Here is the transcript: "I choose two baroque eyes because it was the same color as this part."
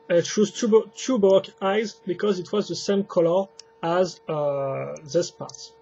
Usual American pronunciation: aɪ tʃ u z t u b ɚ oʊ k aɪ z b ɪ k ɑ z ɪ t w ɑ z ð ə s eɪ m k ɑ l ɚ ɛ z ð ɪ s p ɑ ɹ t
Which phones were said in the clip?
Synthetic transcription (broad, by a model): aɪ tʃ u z t u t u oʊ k aɪ z b ɪ k ɑ z ɪ t w ɑ z ð ə s eɪ m k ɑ l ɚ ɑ z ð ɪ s p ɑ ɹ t